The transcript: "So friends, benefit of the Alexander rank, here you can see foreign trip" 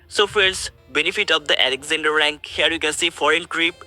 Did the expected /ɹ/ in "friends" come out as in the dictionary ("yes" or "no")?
no